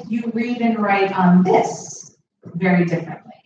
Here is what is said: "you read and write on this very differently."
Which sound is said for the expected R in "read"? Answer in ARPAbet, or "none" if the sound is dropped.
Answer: R